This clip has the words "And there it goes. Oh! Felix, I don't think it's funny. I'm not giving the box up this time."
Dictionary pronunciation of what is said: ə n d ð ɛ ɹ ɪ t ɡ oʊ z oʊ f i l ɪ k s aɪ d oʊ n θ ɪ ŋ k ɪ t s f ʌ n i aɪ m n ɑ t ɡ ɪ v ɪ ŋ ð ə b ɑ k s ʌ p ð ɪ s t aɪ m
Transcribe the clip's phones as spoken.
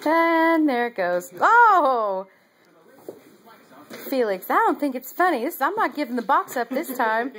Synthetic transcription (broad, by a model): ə n ð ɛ ɹ ɪ t ɡ oʊ z oʊ f i l ɪ k s aɪ d oʊ n θ ɪ ŋ k ɪ t s f ʌ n i aɪ m n ɑ t ɡ ɪ v ɪ ŋ ð ə b ɑ k s ʌ p ð ɪ s t aɪ m